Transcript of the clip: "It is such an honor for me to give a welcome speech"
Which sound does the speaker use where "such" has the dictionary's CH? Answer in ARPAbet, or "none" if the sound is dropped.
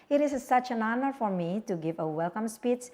CH